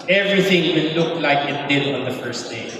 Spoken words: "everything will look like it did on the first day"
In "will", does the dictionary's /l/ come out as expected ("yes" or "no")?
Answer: no